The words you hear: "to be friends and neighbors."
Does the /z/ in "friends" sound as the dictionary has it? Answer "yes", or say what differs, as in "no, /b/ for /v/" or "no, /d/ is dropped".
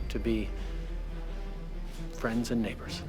yes